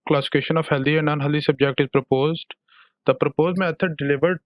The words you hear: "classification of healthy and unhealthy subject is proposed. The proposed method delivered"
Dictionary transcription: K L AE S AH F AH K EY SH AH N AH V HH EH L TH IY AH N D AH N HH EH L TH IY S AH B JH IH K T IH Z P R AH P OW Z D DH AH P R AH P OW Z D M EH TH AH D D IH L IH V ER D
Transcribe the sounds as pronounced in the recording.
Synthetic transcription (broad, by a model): K L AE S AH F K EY SH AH N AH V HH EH L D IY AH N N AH N HH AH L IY S AH B JH IH K T IH Z P R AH P OW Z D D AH P R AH P OW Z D M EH T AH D D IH L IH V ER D